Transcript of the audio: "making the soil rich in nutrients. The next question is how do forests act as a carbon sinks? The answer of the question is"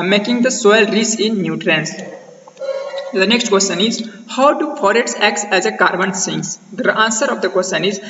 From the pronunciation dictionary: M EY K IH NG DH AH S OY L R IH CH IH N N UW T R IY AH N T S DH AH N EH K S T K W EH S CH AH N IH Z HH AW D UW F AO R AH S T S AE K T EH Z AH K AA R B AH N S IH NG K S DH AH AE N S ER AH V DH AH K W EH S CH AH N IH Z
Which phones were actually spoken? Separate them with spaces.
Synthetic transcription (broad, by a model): M EY K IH NG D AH S OY L R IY S IH N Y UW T R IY N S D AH N EH K S T K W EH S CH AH N IH Z HH AW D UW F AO R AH T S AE K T EH Z AH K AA R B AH N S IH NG S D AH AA N S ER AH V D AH K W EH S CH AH N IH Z